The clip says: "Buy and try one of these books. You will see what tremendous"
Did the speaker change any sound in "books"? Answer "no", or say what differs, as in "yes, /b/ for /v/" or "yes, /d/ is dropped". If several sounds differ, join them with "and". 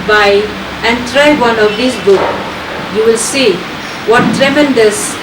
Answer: yes, /s/ is dropped